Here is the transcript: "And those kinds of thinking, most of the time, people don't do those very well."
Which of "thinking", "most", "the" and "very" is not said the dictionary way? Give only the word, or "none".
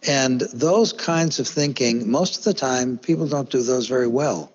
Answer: none